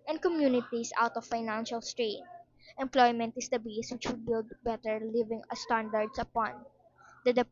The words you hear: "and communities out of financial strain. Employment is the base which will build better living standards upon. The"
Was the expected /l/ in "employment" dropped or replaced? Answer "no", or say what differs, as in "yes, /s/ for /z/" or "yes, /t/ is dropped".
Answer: no